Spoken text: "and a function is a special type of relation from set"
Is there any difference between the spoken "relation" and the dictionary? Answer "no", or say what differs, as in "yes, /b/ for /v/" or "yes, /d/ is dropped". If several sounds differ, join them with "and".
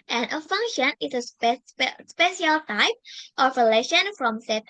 no